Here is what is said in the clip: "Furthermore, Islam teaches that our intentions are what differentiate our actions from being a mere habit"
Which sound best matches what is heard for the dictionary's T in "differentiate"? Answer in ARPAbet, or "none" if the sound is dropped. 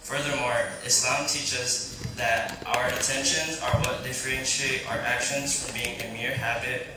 none